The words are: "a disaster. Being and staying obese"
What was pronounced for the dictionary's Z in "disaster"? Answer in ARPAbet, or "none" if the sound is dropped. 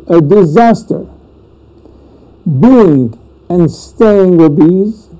Z